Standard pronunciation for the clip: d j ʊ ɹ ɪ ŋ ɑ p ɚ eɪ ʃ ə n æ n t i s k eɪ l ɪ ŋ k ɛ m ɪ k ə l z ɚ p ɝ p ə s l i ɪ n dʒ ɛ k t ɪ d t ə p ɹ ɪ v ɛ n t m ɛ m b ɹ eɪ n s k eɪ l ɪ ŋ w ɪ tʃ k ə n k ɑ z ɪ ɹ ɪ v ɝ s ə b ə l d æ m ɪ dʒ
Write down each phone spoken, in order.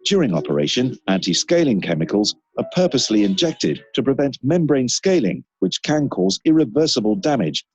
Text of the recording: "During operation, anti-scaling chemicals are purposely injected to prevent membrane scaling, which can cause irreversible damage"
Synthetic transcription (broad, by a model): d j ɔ ɹ ɪ ŋ ɑ p ɚ eɪ ʃ ə n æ n t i s k eɪ l ɪ ŋ k ɛ m ɪ k ə l z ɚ p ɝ p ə s l i ɪ n dʒ ɛ k t ɪ d t ə p ɹ ɪ v ɛ n t m ɛ m b ɹ eɪ n s k eɪ l ɪ ŋ w ɪ tʃ k ə n k ɑ z ɪ ɹ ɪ v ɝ s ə b ə l d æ m ɪ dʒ